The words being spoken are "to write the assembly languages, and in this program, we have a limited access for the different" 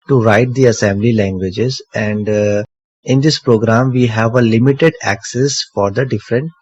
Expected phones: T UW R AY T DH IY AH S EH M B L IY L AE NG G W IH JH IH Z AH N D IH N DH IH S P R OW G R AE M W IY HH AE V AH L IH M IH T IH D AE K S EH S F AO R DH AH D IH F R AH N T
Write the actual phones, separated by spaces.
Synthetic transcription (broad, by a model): T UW R AY T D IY AH S EH M B L IY L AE NG G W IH JH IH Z AH N D IH N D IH S P R OW G R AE M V IY HH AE V AH L IH M IH T IH D AE K S EH S F AO R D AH D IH F R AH N T